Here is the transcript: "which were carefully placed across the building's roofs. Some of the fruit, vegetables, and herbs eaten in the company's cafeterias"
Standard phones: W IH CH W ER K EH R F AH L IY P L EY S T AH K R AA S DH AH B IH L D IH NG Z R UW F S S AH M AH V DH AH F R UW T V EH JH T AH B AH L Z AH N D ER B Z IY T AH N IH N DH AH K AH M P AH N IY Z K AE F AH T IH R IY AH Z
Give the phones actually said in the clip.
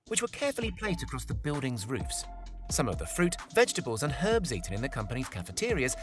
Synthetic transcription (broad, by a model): W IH CH W ER K EH R F AH L IY P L EY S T AH K R AA S DH AH B IH L D IH NG Z R UW F S S AH M AH V DH AH F R UW T V EH JH T AH B AH L Z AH N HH ER B Z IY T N IH N DH AH K AH M P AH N IY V K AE F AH T IH R IY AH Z